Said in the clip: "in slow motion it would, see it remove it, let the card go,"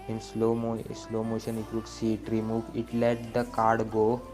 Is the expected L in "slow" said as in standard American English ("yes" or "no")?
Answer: yes